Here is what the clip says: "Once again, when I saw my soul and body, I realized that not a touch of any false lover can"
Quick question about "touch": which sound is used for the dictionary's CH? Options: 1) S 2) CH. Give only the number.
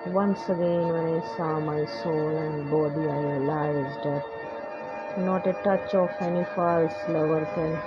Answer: 2